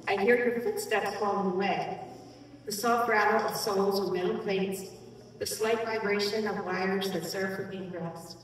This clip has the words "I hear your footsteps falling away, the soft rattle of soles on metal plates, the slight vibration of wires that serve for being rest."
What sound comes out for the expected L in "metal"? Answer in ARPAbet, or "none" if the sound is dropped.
N